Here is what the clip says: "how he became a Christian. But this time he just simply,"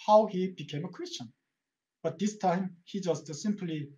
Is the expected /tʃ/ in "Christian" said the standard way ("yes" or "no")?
yes